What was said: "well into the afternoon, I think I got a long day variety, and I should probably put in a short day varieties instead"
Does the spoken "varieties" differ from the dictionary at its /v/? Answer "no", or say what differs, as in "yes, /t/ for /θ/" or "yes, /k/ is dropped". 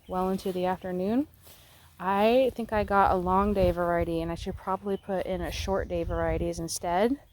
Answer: no